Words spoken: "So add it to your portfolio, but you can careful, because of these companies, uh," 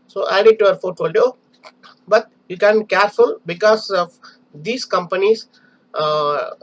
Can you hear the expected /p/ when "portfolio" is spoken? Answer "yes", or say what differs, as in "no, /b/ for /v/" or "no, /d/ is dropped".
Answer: no, /f/ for /p/